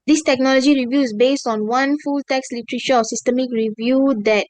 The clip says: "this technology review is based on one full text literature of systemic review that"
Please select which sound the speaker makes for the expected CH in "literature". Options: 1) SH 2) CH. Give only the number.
1